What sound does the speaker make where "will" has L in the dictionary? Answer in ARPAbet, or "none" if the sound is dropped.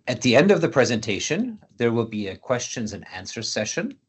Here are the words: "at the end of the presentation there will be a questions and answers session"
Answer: L